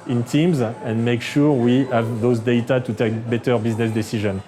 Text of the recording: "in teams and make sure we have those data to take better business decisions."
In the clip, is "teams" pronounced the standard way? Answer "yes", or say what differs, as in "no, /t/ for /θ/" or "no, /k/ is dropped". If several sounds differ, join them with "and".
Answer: yes